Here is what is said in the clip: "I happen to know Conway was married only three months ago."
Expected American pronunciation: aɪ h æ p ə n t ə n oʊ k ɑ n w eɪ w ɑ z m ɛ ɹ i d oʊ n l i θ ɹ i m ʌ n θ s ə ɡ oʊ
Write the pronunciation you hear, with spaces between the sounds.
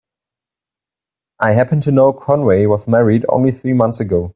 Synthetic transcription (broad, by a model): aɪ h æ p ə n t ə n oʊ k ɑ n w eɪ w ɑ z m ɛ ɹ i d oʊ n l i θ ɹ i m ʌ n θ s ə ɡ oʊ